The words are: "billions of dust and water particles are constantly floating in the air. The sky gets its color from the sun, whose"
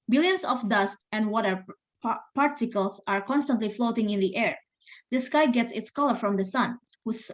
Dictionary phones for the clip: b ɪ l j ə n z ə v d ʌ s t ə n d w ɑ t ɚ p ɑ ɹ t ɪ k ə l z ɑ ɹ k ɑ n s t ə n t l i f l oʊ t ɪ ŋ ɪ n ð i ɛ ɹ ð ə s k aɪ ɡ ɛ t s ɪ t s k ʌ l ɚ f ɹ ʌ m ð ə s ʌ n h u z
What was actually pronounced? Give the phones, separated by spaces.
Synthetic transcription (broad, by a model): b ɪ l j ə n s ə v d ʌ s t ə n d w ɑ t ɚ p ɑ ɹ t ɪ k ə l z ɑ ɹ k ɑ n s t ə n t l i f l oʊ t ɪ ŋ ɪ n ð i ɛ ɹ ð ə s k aɪ ɡ ɛ t s ɪ t s k ʌ l ɚ f ɹ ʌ m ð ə s ʌ n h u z